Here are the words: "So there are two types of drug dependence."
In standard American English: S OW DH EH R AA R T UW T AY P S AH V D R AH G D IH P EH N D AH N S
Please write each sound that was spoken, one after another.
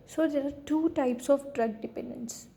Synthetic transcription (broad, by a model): S OW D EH R AA R T UW T AY P S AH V D R AH G D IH P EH N D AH N S